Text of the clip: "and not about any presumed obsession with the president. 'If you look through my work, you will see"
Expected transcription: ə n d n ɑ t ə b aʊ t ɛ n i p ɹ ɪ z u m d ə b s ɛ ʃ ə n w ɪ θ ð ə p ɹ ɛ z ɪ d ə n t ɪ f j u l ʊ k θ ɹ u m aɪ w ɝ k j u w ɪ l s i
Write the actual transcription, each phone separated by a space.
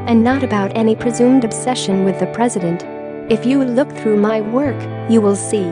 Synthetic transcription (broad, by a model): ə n n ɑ t ə b aʊ t ɛ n i p ɹ ɪ z u m d ə b s ɛ ʃ ə n w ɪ ð ə p ɹ ɛ z ɪ d ə n t ɪ f j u l ʊ k θ ɹ u m aɪ w ɝ k j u w ɪ l s i